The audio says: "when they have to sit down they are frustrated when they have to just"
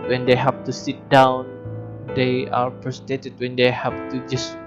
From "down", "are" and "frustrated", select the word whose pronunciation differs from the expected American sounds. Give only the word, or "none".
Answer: frustrated